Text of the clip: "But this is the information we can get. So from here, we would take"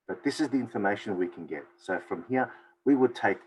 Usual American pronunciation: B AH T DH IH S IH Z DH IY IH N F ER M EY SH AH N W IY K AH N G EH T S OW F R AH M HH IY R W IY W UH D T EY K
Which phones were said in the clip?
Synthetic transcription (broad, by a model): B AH T DH IH S IH Z DH IY IH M F ER M EY SH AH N W IY K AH N G EH T S OW F R AH M HH IY R W IY W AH D T EY K